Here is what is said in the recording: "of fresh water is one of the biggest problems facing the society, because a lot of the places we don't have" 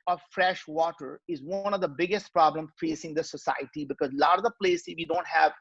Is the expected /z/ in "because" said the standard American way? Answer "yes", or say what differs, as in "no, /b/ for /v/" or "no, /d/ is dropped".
yes